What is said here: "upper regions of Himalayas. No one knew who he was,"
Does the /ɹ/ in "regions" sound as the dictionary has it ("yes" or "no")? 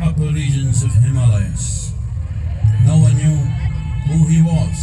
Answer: no